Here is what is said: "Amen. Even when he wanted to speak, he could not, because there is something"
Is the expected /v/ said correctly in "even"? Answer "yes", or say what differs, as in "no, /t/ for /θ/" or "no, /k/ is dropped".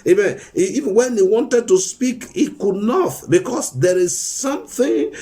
no, /v/ is dropped